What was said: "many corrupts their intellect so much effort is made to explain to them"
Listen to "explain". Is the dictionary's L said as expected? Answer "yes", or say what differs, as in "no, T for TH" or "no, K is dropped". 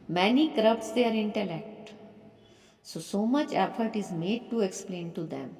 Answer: yes